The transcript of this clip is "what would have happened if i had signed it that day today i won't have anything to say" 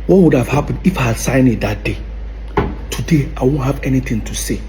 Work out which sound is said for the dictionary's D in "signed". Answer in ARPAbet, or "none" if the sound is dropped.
none